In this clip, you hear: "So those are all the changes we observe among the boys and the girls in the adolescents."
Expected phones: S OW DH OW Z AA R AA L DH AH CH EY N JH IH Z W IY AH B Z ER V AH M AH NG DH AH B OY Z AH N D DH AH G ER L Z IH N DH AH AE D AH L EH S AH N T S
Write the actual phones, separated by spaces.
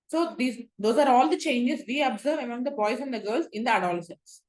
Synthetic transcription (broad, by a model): S OW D OW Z AA R AA L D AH CH EY N JH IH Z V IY AH B Z ER V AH M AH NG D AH B OY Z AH N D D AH G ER L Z IH N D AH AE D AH L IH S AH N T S